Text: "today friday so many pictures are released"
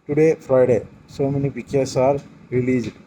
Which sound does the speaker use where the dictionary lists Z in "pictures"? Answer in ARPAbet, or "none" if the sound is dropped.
S